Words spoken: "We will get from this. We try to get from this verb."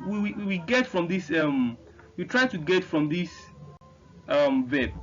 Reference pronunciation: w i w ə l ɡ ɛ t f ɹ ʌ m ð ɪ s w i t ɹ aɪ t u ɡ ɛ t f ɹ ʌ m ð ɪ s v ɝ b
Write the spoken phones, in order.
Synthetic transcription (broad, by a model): w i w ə w ɡ ɛ t f ɹ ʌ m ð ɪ s w i t ɹ aɪ t u ɡ ɛ t f ɹ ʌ m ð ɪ s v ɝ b